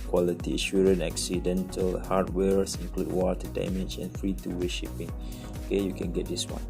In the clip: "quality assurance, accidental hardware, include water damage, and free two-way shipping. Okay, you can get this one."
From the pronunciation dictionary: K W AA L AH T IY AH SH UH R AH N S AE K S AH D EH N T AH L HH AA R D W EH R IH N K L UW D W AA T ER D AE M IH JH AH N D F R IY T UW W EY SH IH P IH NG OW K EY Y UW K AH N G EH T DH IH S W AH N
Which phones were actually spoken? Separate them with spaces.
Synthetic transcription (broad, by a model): K W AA L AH T IY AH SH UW R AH N EH K S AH D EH N T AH L HH AA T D W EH R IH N K L UW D W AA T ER D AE M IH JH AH N F R IY T UW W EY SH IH P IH NG OW K EY Y UW K AH N G EH T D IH S W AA N